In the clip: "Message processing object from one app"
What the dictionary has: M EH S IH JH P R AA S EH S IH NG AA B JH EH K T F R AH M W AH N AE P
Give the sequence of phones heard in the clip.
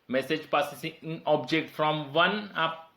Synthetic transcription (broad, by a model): M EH S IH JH P AA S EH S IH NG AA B JH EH K T F R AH M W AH N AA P